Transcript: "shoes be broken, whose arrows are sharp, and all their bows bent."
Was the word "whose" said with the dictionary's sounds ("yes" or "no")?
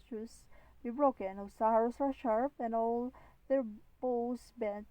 no